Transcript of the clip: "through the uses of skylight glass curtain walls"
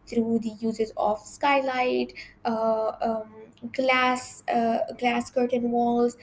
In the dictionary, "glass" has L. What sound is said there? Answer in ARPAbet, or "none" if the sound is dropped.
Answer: L